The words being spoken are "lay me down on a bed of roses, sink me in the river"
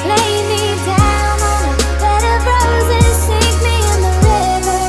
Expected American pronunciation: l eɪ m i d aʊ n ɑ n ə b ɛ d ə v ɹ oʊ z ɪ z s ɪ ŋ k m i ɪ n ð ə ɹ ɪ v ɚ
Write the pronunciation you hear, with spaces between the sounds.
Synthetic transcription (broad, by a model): l eɪ m i d aʊ ʊ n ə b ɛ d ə b ɹ oʊ z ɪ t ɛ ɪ k m i ɪ n ð ə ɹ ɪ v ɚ